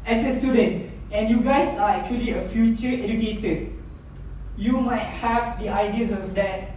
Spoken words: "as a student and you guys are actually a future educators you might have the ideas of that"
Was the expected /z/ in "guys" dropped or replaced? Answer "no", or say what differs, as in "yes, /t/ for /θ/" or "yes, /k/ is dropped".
yes, /s/ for /z/